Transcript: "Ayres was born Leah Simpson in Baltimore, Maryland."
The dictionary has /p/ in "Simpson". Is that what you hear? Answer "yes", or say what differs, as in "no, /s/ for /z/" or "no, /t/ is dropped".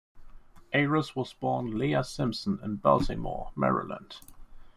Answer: yes